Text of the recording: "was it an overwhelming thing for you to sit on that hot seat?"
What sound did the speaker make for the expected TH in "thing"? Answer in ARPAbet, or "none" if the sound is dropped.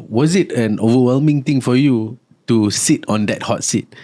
T